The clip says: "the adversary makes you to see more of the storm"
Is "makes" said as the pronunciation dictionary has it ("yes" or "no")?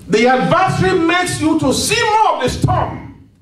yes